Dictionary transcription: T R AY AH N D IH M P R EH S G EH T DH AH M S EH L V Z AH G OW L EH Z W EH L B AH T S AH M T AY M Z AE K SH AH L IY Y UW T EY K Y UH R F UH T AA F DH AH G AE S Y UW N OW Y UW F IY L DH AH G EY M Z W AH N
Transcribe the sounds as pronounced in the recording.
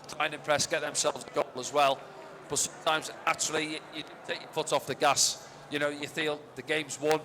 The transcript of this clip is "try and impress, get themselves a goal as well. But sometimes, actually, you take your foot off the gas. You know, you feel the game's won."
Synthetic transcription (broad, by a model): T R AY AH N IH M P R EH S G EH T DH AH M S EH L V Z AH G OW L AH Z W EH L B AH T S AH M T AY M Z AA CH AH L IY Y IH T EY K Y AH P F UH T AA F DH AH G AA S Y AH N OW Y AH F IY L DH AH G EY M Z W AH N